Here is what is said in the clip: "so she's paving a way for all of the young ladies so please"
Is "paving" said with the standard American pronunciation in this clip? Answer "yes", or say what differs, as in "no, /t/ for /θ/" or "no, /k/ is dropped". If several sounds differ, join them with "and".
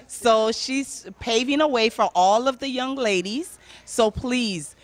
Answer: yes